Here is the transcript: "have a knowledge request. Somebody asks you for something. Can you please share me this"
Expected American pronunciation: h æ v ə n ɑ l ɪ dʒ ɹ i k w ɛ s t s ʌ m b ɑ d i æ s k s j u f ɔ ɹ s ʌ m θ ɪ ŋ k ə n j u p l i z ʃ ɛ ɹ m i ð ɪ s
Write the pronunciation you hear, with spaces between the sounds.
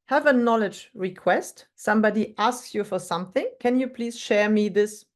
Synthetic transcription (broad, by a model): h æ v ə n ɑ l ɪ dʒ ɹ i k w ɛ s t s ʌ m b ɑ d i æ s k s j u f ɔ ɹ s ʌ m θ ɪ ŋ k ə n j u p l i z ʃ ɛ ɹ m i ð ɪ s